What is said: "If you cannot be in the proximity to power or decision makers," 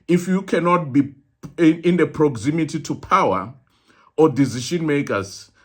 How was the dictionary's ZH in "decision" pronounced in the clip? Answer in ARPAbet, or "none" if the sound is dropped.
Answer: SH